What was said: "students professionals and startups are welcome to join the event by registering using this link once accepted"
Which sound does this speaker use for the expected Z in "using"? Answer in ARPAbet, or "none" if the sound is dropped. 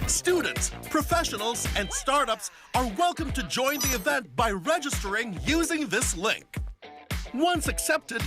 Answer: Z